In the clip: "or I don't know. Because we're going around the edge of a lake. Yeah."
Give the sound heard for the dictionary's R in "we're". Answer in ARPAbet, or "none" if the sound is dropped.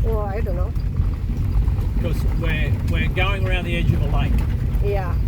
W